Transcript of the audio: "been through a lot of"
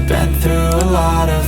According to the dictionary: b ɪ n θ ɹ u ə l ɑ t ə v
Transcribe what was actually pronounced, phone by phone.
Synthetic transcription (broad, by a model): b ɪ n θ ɹ u ə l ɑ t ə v